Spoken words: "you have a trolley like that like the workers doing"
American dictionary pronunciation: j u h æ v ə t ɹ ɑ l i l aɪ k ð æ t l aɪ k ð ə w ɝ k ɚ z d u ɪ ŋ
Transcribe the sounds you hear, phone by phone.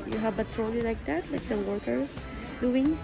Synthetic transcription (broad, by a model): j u h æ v ə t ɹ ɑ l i l aɪ k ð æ t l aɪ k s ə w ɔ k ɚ d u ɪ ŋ